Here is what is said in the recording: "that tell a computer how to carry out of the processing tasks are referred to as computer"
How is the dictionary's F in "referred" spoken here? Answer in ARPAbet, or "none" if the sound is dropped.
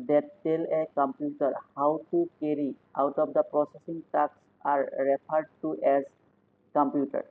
P